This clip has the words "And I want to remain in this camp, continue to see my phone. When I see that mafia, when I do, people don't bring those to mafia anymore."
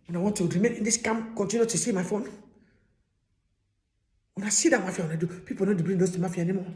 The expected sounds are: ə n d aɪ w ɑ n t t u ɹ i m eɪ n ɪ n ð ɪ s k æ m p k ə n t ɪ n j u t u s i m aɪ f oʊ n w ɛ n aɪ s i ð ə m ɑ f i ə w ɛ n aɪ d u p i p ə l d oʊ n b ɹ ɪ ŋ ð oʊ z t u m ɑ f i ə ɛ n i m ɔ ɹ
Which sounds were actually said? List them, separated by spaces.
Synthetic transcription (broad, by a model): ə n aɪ w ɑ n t t u ɹ i m eɪ n ɪ n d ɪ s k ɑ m k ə n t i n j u t u s i m aɪ f oʊ n w ɛ n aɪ s i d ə m ɑ f i ə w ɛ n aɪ d u p i p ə n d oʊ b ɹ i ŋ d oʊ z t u m ɑ f i ə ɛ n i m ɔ